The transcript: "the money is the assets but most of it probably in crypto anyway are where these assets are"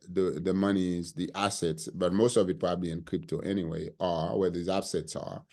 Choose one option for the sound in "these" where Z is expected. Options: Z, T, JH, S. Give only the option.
Z